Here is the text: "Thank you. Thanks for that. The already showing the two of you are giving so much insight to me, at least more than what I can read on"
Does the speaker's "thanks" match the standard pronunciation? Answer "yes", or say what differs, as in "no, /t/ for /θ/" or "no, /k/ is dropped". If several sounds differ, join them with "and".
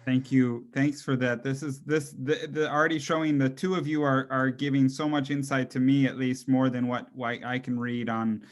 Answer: yes